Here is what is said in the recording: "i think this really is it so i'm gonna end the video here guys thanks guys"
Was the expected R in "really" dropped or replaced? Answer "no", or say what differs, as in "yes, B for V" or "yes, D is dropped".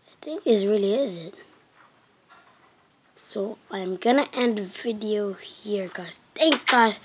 no